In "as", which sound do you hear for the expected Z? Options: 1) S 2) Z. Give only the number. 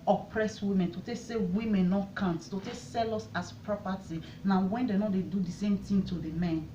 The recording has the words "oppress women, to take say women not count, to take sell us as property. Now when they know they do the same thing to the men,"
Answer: 1